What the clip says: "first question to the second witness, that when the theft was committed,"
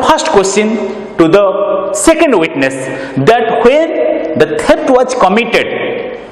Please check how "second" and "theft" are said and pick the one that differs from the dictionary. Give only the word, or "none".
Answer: theft